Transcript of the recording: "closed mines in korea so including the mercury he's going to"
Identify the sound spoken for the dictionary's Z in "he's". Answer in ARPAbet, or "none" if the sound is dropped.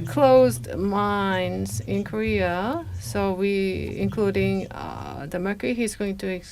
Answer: Z